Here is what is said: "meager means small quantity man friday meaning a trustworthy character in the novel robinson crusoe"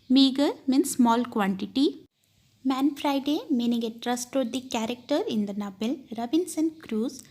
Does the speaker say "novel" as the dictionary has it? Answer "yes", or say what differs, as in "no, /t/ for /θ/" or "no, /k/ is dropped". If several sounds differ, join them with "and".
no, /b/ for /v/